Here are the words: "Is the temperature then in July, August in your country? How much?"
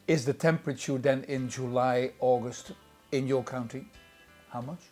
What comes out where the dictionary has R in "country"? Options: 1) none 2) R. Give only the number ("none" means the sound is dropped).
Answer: 1